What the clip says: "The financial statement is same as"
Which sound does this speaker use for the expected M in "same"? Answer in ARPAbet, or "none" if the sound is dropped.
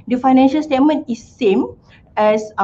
M